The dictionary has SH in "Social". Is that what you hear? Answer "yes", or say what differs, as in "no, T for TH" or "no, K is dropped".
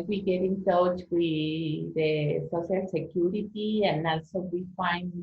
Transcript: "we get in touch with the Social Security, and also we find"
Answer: no, S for SH